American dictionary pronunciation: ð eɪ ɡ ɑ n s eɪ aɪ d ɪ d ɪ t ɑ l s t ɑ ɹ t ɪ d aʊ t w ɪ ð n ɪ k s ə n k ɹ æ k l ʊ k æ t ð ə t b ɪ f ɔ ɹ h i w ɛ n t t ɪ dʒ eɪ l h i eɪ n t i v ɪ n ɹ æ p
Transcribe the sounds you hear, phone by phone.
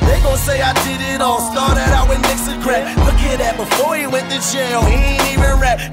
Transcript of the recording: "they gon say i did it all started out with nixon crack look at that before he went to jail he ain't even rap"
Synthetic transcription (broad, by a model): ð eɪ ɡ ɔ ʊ s eɪ aɪ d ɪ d ɪ t ɑ l s t ɑ ɹ t ɪ d aʊ t w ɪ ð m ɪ k s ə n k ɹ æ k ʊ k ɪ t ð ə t b ɪ f ɔ ɹ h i w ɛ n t t ɪ tʃ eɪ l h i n i v ɪ n ɹ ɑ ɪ